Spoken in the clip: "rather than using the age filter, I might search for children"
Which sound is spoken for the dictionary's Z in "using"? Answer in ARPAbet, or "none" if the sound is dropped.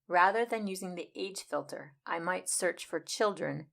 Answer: Z